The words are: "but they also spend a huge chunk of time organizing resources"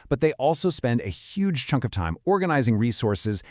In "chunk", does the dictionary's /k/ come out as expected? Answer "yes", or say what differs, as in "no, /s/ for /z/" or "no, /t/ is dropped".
yes